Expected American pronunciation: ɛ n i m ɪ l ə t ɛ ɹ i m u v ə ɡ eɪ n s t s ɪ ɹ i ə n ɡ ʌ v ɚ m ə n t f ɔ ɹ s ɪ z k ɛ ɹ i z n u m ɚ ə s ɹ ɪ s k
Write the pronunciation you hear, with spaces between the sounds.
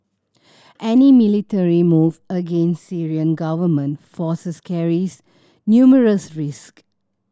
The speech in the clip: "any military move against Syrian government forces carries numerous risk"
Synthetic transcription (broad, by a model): ɛ n i m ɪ l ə t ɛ ɹ i m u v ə ɡ eɪ n s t s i ɹ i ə n ɡ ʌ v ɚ m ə n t f ɔ s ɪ s k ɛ ɹ i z n u m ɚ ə s ɹ ɪ s k